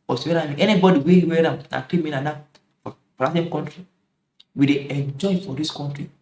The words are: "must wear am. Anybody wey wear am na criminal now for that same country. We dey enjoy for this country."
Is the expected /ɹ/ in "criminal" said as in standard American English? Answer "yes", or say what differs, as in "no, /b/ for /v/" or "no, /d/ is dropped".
no, /l/ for /ɹ/